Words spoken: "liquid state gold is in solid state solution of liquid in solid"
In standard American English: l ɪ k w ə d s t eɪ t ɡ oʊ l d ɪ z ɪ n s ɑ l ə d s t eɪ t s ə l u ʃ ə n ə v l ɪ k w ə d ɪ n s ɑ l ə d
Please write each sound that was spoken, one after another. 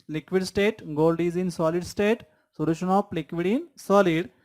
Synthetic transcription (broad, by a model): l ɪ k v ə d s t eɪ t ɡ oʊ l d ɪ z ɪ n s ɑ l ə d s t eɪ t s ə l u ʃ ə n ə p l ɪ k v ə d ɪ n s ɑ l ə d